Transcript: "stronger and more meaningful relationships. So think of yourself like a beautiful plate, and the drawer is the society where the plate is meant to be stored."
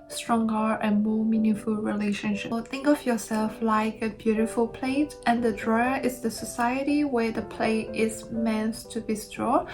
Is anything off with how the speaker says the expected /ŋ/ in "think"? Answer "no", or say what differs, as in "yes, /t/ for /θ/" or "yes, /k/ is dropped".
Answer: no